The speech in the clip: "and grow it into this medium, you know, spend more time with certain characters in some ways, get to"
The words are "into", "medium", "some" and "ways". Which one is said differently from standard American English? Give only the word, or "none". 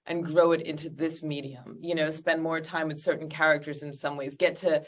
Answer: none